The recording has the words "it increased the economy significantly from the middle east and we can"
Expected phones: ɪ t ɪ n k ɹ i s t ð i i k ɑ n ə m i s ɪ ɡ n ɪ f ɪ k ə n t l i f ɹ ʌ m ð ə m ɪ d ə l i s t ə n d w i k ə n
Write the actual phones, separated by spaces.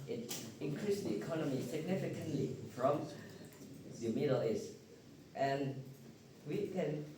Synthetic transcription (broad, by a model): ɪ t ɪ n k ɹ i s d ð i i k ɑ n ə m i s ɪ ɡ n ɪ f ɪ k ə n t l i f ɹ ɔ m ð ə m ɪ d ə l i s t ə n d w i k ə n